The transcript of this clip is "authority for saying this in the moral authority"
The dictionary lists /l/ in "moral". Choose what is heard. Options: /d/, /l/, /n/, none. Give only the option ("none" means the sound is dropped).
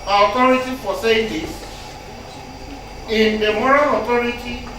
/n/